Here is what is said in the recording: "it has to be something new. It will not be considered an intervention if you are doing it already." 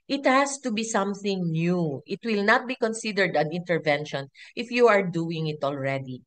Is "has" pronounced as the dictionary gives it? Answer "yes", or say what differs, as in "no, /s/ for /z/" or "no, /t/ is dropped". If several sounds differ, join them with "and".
no, /s/ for /z/